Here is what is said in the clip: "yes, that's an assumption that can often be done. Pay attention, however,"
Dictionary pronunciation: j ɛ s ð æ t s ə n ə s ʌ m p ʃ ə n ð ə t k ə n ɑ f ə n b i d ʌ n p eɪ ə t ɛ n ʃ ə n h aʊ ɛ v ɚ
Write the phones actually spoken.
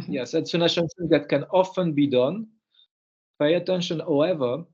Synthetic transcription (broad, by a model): j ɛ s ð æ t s ə n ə ʃ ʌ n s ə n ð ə t k ə n ɑ f ə n b i d ʌ n p eɪ ə t ɛ n ʃ ə n h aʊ ɛ v ɚ